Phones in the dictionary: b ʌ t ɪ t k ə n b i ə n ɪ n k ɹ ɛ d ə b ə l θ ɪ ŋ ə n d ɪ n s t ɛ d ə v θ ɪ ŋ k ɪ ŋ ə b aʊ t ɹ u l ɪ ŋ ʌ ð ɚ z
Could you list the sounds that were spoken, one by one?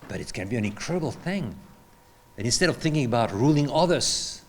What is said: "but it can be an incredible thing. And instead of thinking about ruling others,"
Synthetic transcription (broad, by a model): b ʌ t ɪ t k ə n b i ə n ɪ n k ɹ ɛ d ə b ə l θ ɪ ŋ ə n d ɪ n s t ɛ d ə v θ ɪ ŋ k ɪ ŋ ə b aʊ t ɹ u l ɪ ŋ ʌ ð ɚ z